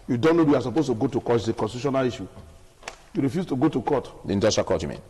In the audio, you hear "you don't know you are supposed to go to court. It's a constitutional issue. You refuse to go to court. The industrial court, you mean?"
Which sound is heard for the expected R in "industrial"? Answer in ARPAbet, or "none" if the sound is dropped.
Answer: none